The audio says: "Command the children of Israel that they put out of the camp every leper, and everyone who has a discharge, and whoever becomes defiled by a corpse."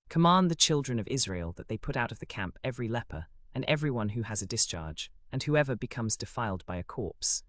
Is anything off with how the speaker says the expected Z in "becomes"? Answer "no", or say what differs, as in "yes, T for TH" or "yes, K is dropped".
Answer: no